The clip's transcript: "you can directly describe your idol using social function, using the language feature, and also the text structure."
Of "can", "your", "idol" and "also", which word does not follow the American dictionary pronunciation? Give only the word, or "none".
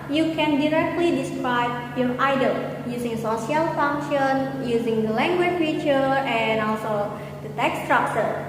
none